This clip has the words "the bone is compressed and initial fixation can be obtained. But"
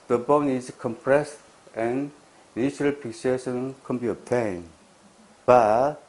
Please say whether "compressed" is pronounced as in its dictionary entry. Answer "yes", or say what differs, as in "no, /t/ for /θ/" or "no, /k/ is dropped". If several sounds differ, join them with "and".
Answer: yes